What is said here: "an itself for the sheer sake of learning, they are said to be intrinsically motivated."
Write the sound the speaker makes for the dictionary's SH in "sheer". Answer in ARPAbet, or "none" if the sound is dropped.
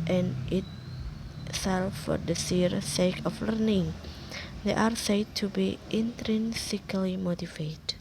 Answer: S